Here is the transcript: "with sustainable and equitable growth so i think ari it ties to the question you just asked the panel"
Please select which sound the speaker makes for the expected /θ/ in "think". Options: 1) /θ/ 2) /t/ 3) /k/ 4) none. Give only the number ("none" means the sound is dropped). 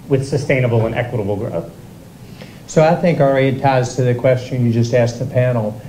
1